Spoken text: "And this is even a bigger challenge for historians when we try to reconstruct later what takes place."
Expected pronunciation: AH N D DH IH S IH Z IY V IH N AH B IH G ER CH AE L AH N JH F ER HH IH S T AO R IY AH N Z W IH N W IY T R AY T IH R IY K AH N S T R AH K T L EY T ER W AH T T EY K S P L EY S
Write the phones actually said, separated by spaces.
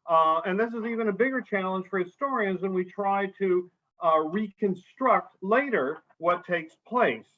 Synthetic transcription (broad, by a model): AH N DH IH S IH Z IY V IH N AH B IH G ER CH AE L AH N ZH F ER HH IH S T AO R IY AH N Z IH N W IY T R AY T IH R IY K AH N S T R AH K T L EY T ER W AH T T EY K S P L EY S